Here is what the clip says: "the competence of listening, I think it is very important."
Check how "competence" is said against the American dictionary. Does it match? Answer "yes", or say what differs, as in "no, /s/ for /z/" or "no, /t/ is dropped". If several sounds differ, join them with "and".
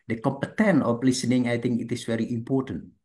no, /s/ is dropped